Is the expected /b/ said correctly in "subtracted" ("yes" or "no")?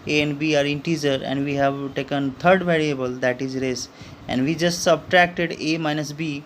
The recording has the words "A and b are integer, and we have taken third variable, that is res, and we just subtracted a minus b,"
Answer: yes